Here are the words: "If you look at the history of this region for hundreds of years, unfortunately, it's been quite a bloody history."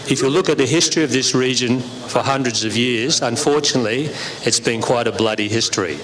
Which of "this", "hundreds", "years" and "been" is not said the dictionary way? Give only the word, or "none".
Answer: none